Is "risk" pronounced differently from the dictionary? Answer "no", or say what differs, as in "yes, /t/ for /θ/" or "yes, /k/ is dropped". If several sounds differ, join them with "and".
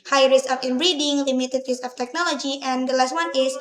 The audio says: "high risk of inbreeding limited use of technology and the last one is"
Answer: yes, /k/ is dropped